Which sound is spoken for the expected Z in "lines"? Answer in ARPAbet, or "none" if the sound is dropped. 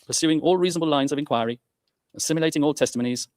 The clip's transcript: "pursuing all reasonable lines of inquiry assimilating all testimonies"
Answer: Z